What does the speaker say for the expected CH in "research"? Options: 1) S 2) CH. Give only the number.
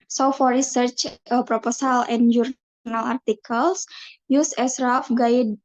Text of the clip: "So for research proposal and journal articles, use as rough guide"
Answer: 2